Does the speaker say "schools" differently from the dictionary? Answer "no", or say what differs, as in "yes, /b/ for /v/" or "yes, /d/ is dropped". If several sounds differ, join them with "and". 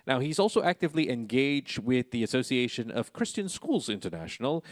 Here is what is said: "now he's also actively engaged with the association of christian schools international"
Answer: no